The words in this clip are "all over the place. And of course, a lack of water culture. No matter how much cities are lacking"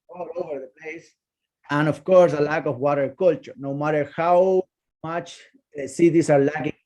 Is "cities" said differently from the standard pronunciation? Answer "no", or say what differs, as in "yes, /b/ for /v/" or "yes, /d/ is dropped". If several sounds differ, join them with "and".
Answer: yes, /s/ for /z/